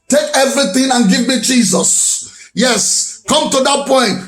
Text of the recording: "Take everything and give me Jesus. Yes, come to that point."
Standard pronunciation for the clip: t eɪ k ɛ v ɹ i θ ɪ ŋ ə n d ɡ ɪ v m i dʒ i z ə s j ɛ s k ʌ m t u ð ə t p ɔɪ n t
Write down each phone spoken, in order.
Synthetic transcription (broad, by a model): t eɪ k ɛ v ɹ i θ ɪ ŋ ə n ɡ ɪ v m i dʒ i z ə s j ɛ s k ʌ m t u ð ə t p ɔɪ n t